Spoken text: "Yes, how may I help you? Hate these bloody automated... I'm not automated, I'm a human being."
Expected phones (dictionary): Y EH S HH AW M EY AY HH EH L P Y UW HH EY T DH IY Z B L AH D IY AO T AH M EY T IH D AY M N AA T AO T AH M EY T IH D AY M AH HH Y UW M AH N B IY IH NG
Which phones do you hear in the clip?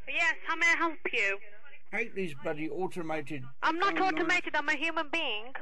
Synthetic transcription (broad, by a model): Y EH S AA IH M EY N HH EH L P Y UW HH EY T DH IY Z B AH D IY AO T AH M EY T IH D AY M N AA T AO T AH M EY T IH D AY M AH HH Y UW M AH N B IY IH NG